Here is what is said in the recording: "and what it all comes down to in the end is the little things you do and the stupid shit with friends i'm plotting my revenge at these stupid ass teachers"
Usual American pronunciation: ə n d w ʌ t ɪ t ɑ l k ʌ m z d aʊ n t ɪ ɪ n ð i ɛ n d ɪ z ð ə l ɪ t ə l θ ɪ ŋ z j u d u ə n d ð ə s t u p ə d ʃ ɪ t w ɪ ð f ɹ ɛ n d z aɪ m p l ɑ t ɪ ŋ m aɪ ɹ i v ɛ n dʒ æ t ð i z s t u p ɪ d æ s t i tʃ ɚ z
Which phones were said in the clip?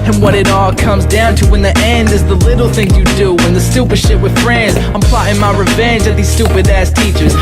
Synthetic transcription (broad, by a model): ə n w ʌ t ɪ t ɑ l k ʌ m z d aʊ n t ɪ ɪ n ð i ɛ n d ɪ z ð ə l ɪ t l θ ɪ ŋ j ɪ d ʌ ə n ð ə s t u p ə d ʃ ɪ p w ɪ ð f ɹ ɛ n d z aɪ m p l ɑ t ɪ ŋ m aɪ ɹ i v ɛ n dʒ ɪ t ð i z s t u p ɪ d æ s t i tʃ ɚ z